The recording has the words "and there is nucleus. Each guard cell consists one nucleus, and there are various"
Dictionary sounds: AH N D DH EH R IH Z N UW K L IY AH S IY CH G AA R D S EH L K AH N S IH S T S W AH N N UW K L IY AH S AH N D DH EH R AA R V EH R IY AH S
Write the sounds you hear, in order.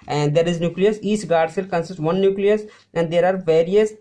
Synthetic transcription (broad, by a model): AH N D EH R IH Z N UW K L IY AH S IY S G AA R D S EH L K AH N S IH S T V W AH N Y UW K L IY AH S AH N D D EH R AA R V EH R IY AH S